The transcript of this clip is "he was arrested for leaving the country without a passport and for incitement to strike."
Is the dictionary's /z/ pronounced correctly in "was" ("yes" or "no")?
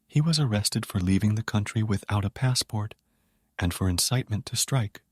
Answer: yes